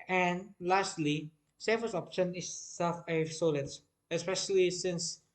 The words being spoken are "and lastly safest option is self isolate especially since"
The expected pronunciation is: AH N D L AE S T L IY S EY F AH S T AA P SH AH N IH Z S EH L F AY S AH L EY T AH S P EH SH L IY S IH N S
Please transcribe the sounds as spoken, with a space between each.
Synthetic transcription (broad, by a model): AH N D L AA S T L IY S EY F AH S AA P SH AH N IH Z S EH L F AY S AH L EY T AH S P EH SH L IY S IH N S